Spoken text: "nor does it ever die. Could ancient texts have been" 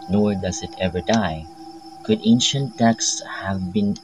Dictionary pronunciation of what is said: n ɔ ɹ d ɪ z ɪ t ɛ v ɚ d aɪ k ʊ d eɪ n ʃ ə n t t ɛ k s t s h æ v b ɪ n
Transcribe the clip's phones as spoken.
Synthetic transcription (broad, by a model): n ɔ ɹ d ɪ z ɪ t ɛ v ɚ d aɪ k ʊ d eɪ n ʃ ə n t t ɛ k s s h æ v b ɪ n